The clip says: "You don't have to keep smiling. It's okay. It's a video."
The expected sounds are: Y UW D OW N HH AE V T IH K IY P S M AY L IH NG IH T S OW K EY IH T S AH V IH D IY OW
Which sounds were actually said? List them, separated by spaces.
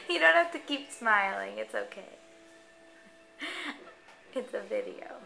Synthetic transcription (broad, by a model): Y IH D OW N HH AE F T IH K IY P S M AY L IH NG IH T S OW K EY IH T S AH V IH D IY OW